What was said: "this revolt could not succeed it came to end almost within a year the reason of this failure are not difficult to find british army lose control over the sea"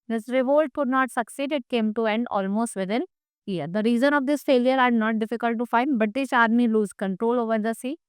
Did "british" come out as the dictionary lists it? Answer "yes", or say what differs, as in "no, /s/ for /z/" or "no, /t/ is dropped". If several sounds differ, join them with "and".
no, /ɹ/ is dropped